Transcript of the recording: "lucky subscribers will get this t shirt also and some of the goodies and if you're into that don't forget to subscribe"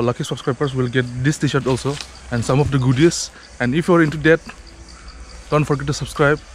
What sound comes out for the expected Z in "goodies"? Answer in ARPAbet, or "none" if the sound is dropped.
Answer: S